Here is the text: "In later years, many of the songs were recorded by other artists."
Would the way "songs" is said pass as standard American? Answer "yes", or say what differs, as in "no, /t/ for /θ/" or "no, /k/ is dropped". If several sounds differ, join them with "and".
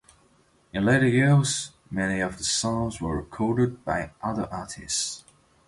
yes